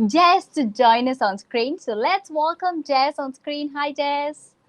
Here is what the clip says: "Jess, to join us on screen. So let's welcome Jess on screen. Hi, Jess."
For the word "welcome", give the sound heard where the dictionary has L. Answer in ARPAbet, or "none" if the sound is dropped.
L